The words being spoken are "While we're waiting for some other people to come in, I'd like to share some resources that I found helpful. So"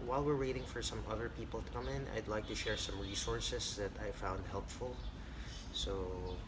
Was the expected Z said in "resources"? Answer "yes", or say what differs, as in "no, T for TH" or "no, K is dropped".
no, S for Z